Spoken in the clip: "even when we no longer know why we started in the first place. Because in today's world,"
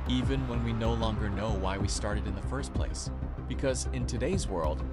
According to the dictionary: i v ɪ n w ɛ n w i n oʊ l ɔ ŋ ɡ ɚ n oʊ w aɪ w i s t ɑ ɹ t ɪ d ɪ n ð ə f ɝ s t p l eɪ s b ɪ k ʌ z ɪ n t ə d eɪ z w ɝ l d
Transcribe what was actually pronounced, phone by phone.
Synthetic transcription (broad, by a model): i v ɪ n w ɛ n w i n oʊ l ɔ ŋ ɡ ɚ n oʊ w aɪ w i s t ɑ ɹ t ɪ d ɪ n ð ə f ɝ s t p l eɪ s b ɪ k ʌ z ɪ n t ə d eɪ z w ɝ l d